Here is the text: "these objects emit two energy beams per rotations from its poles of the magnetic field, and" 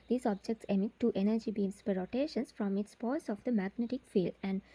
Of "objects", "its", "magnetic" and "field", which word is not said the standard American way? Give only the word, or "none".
none